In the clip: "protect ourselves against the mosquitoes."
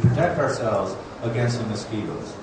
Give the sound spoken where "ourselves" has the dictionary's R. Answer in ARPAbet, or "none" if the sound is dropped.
R